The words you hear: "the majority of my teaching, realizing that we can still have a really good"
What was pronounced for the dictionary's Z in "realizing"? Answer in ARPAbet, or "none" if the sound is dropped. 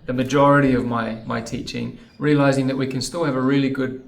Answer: Z